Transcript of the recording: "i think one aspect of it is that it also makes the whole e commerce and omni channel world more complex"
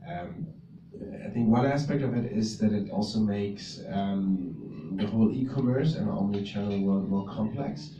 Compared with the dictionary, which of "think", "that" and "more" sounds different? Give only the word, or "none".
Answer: none